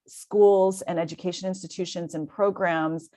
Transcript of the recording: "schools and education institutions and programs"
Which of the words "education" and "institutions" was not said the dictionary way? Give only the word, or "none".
none